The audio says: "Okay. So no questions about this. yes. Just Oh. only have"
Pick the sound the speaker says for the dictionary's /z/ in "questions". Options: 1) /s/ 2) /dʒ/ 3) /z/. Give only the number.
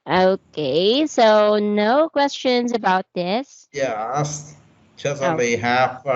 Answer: 3